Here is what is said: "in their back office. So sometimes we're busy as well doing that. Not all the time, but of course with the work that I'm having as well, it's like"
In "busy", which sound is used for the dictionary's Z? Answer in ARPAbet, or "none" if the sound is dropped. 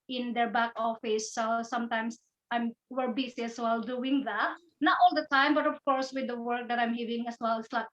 S